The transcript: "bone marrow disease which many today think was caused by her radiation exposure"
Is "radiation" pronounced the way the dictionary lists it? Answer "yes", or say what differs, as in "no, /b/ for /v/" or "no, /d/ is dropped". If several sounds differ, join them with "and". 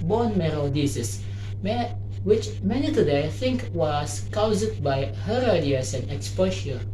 no, /s/ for /ʃ/